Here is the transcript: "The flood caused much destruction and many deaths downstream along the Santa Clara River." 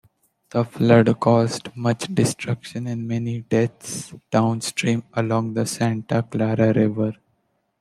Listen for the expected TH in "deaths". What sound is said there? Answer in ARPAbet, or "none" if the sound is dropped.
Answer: T